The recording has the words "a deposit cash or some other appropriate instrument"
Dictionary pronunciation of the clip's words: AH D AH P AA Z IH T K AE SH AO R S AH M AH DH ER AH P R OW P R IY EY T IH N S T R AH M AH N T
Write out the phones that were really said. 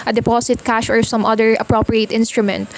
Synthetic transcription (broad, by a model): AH D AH P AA S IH T K AE SH AO R S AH M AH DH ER AH P R OW P R IY EY T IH N S T R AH M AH N T